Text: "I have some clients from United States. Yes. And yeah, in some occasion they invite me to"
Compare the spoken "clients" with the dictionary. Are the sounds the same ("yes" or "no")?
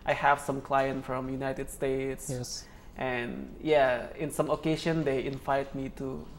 no